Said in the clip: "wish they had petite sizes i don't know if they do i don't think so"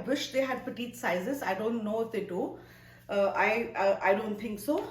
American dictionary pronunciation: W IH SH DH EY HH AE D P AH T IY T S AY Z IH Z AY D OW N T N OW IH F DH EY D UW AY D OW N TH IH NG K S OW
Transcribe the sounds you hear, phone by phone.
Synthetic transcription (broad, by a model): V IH SH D EY HH AE D P AH T IY T S AY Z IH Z AY D OW N T N OW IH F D EY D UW AY D OW N T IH NG K S OW